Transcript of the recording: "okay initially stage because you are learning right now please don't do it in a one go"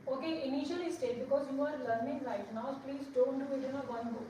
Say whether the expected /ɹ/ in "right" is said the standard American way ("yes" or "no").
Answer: no